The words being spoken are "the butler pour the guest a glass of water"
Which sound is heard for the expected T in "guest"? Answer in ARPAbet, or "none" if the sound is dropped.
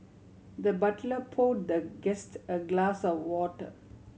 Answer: T